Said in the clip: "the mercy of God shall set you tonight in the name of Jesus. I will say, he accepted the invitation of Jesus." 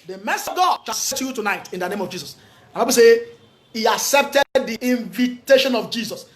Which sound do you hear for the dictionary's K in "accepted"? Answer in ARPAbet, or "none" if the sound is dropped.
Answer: K